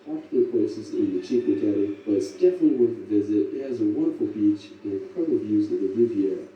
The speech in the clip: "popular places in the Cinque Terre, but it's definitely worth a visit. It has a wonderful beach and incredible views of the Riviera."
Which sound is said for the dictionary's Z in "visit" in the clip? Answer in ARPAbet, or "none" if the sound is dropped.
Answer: Z